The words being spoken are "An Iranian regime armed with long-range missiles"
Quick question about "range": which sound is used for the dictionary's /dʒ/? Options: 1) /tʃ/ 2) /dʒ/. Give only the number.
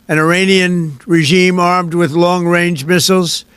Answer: 2